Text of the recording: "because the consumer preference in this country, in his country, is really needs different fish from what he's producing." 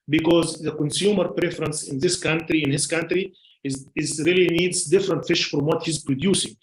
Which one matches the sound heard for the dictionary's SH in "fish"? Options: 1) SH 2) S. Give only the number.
1